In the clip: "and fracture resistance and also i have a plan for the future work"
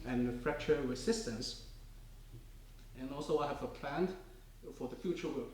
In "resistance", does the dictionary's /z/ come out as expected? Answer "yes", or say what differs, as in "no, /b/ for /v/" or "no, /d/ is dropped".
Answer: no, /s/ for /z/